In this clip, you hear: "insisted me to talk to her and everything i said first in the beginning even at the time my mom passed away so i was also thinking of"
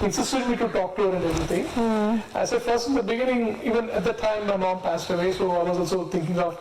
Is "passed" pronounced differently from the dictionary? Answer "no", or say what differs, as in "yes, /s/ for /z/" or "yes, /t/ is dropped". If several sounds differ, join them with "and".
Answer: no